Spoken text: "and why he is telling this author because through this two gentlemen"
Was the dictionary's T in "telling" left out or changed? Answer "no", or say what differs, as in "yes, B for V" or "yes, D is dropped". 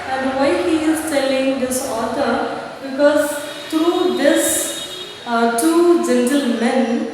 no